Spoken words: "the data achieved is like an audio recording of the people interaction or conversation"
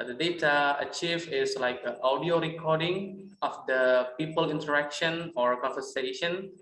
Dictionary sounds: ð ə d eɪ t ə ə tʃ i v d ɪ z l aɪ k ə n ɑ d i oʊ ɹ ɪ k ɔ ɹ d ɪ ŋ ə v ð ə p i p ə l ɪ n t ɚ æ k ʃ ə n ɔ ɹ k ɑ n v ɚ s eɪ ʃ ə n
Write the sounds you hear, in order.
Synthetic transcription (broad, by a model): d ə d eɪ t ə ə tʃ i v ɪ s l aɪ k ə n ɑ d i oʊ ɹ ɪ k ɔ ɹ d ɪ ŋ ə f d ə p i p ə l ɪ n t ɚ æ k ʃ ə n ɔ ɹ k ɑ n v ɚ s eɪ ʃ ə n